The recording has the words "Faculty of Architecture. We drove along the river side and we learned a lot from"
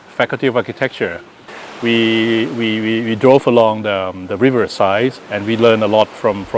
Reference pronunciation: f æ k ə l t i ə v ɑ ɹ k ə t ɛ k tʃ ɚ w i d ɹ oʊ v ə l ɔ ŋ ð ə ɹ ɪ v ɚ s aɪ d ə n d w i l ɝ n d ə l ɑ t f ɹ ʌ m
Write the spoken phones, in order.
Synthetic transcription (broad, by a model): f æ k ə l t i ə v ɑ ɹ k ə t ɛ k tʃ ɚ w i d ɹ oʊ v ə l ɔ ŋ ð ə ɹ ɪ v ɚ s aɪ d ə n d w i l ɝ n ə l ɑ t f ɹ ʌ m